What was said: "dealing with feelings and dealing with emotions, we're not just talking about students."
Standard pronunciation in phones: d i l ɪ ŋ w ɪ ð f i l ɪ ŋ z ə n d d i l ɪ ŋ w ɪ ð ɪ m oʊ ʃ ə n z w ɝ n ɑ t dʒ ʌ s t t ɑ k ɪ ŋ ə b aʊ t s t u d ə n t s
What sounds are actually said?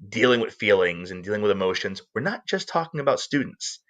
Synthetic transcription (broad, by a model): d i l ɪ ŋ w ɪ ð f i l ɪ ŋ z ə n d d i l ɪ ŋ w ɪ ð ɪ m oʊ ʃ ə n z w ɝ n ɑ t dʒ ʌ s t t ɑ k ɪ ŋ ə b aʊ t s t u d n t s